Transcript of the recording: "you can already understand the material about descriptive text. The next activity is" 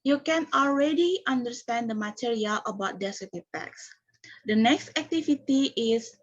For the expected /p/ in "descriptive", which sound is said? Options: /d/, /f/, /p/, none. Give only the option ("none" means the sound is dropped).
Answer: none